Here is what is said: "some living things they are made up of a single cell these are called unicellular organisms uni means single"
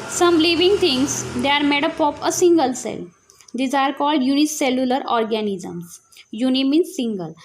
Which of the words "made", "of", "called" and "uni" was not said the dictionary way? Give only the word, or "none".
of